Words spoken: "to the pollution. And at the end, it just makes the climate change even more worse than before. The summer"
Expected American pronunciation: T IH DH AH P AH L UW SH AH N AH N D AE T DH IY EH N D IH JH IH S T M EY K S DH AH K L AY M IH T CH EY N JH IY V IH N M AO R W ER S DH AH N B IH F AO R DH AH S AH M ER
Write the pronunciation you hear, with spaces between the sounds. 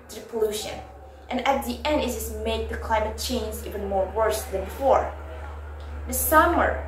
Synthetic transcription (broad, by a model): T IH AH P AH L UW SH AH N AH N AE T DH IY EH N D IH Z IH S M EY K DH AH K L AY M IH T CH EY N Z IY V IH N M AO R W ER S DH AH N B IH F AO R DH AH S AH M ER